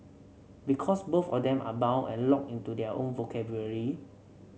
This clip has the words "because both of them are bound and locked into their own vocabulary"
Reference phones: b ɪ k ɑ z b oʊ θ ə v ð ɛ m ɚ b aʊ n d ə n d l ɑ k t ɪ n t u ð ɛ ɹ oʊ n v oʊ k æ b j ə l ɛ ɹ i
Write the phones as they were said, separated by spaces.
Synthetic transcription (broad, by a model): b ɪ k ɑ s b oʊ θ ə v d ɛ m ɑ b aʊ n ə n l ɑ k ɪ n t u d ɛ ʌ oʊ n v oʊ k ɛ b j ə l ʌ ɹ i